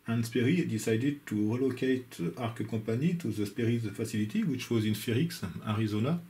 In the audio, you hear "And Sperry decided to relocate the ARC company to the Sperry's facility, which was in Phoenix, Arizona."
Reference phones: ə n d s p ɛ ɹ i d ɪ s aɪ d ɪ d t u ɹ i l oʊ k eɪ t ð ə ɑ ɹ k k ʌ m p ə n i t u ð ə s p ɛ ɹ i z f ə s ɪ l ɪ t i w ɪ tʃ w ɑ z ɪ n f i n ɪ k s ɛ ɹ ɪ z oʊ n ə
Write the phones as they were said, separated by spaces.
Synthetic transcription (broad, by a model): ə n s p ɛ ɹ i d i s aɪ d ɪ d t u ɹ i l oʊ k eɪ t ɑ ɹ k k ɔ p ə n i t u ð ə s p ɛ ɹ i z f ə s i l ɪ t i w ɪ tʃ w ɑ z ɪ n f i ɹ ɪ k s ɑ ɹ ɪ z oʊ n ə